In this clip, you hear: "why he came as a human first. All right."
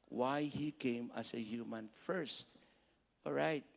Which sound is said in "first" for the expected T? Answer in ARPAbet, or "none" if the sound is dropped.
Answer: T